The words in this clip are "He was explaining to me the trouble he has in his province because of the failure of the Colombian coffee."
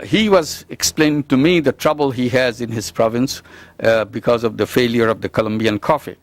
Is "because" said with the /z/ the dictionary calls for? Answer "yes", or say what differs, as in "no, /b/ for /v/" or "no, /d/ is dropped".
yes